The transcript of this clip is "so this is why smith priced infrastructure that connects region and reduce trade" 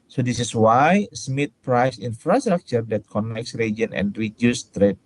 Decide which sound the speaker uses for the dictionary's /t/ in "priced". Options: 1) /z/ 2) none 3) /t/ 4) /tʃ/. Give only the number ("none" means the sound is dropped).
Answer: 2